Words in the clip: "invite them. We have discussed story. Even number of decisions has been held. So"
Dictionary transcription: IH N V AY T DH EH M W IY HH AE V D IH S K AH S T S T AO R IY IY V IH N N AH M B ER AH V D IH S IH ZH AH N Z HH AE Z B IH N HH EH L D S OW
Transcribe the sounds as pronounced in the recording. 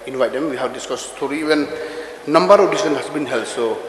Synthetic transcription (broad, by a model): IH N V AY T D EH M W IY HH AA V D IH S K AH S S T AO R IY IY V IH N N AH M B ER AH D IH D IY S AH N HH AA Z B IH N HH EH L S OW